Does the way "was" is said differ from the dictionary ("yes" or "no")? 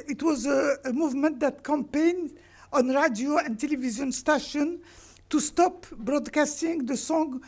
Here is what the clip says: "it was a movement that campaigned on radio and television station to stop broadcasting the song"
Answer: no